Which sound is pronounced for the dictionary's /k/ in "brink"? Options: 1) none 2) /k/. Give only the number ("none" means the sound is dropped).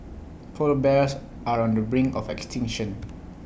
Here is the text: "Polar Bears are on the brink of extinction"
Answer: 1